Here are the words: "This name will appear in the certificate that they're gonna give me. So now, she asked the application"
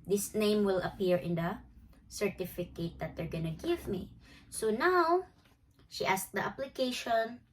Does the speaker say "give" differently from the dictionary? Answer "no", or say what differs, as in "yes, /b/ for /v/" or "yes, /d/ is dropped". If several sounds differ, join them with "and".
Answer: no